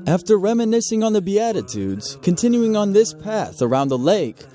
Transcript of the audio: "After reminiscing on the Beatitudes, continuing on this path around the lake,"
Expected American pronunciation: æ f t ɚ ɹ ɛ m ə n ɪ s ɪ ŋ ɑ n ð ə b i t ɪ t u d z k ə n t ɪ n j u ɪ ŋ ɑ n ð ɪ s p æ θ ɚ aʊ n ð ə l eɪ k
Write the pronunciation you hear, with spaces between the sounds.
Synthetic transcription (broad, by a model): æ f t ɚ ɹ ɛ m ə n ɪ s ɪ ŋ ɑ n ð ə b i t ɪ t u d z k ə n t ɪ n j u ɪ ŋ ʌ n ð ɪ s p æ θ ɚ aʊ n ð ə l eɪ k